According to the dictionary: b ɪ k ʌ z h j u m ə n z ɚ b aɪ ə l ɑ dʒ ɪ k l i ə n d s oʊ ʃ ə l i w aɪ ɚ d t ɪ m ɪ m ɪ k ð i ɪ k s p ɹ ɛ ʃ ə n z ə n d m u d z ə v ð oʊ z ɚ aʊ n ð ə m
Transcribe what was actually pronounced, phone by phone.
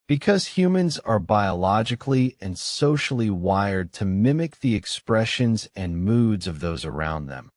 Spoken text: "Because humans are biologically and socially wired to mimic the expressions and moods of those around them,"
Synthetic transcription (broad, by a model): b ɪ k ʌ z h j u m ə n z ɚ b aɪ ə l ɑ dʒ ɪ k l i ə n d s oʊ ʃ l i w aɪ ɚ d t ɪ m ɪ m ɪ k ð i ɪ k s p ɹ ɛ ʃ ə n z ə n m u d z ə v ð oʊ z ɚ aʊ n ð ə m